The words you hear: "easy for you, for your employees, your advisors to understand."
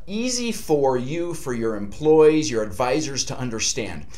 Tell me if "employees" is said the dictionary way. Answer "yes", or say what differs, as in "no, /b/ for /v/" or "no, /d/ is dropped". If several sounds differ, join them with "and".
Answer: yes